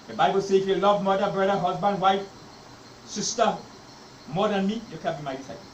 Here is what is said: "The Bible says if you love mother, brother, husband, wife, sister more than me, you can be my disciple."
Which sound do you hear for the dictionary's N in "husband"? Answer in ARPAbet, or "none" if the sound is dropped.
N